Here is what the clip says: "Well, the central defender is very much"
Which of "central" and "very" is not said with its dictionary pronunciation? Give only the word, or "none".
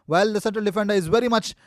central